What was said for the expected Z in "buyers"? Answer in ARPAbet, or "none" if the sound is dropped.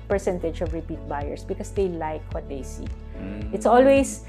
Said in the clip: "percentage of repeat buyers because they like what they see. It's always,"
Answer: S